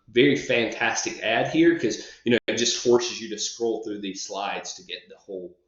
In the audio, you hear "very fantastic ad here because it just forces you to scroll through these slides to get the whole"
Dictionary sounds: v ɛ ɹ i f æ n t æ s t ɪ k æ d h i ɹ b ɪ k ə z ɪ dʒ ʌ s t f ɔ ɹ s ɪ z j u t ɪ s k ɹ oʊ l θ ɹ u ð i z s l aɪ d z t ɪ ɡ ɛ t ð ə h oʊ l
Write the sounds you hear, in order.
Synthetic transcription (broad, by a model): v ɛ ɹ i f æ n t æ s t ɪ k æ d h i ɹ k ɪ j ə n ɪ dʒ ʌ s t f ɔ ɹ s ɪ z j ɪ t ɪ s k ɹ oʊ l θ ɹ u ð i z s l aɪ d z t ɪ ɡ ɛ t ð ə h oʊ l